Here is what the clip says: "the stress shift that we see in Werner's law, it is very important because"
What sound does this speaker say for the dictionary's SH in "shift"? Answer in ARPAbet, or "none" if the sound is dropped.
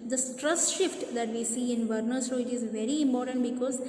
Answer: SH